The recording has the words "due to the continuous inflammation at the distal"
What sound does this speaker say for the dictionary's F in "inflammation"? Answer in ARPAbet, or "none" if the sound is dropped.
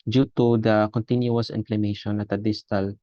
P